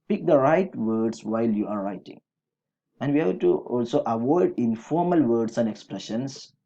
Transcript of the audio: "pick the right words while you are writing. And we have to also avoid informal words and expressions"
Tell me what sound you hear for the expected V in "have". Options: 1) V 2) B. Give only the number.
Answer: 2